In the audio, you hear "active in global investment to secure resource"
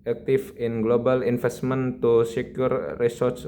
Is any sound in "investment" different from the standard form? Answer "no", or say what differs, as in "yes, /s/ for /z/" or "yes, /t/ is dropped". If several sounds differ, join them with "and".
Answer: yes, /f/ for /v/